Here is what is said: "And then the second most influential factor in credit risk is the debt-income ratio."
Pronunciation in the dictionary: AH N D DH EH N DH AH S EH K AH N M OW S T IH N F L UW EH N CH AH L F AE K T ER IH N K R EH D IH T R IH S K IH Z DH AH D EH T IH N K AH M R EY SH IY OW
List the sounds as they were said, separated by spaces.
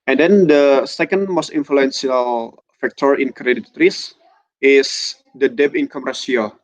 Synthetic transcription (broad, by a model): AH N D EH N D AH S EH K AH N M OW S T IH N F L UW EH N S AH L F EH K T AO IH N K R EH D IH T R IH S IH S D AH D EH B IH N K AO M R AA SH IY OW